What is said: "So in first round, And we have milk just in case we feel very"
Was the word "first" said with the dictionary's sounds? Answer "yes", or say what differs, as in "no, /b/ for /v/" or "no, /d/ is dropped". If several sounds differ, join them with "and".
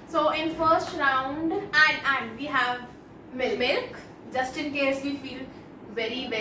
yes